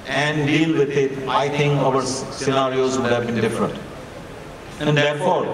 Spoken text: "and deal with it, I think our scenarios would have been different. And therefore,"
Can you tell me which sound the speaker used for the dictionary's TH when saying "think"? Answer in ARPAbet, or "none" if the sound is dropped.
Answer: T